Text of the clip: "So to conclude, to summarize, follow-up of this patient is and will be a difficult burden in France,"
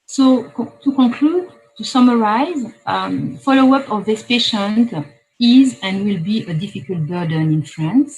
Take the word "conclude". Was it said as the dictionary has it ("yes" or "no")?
no